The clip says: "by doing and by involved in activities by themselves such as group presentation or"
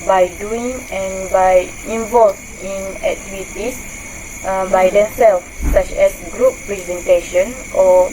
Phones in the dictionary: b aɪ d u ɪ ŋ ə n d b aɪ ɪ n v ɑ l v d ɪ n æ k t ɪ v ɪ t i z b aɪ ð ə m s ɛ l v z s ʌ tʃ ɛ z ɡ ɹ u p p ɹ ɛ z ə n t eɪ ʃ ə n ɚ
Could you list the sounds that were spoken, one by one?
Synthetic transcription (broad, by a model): b aɪ d u ɪ ŋ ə n b aɪ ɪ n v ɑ l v ɪ n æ k t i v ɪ t i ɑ b aɪ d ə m s ɛ l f s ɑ tʃ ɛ s ɡ ɹ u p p ɹ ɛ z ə n t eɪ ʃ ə n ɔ